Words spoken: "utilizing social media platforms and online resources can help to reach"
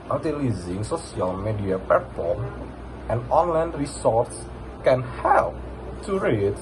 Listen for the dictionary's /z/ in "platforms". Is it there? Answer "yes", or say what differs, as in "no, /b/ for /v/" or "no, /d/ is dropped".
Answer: no, /z/ is dropped